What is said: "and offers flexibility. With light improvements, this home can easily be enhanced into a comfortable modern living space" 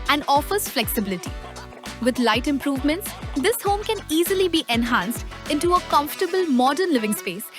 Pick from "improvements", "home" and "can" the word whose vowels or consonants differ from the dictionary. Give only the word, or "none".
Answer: none